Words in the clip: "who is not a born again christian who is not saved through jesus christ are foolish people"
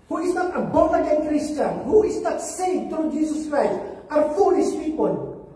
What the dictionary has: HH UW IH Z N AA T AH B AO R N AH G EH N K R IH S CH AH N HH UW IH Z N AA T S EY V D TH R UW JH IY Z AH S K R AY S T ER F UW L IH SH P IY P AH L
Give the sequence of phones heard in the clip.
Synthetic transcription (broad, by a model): HH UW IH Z N AA T AH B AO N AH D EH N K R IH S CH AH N HH UW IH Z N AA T S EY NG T R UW JH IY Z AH S K R AY S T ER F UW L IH S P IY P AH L